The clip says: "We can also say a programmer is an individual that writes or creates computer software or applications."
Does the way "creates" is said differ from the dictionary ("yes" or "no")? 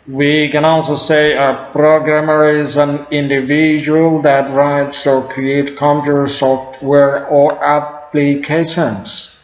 yes